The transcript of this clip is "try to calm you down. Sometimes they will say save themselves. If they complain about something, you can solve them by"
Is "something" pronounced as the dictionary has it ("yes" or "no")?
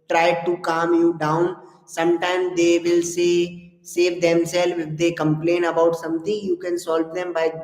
no